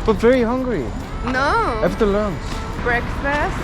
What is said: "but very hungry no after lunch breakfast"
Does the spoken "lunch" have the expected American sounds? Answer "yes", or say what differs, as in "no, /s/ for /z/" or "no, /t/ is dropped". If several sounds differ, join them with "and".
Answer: no, /s/ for /tʃ/